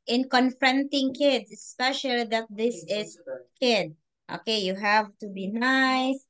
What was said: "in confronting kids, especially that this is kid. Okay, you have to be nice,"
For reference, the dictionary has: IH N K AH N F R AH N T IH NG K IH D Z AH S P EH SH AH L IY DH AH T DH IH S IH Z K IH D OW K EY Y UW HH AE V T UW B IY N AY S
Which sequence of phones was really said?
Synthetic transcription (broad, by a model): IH N K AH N F R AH N T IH NG K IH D S AH S P EH SH AH L IY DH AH T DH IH S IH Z K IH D OW K EY Y UW HH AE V T UW B IY N AY S